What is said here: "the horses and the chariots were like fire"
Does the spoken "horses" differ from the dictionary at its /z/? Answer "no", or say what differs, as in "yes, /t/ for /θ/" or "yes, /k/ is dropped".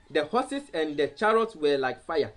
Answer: yes, /s/ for /z/